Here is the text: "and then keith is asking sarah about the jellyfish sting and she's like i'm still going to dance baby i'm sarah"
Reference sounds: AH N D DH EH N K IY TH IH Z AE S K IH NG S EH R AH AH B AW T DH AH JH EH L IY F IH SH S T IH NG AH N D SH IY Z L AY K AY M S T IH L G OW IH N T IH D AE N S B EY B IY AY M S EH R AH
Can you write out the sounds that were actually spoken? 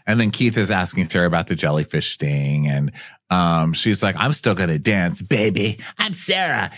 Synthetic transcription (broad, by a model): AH N DH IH N K IY TH IH Z AE S K IH NG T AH R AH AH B AW T DH AH JH EH L IY F IH SH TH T IH NG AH N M SH IY Z L AY K AY M S T IH L G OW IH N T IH D AE N S B EY B IY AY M S EH R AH